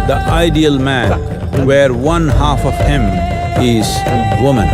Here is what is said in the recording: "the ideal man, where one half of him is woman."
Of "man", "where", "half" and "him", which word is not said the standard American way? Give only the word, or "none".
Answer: none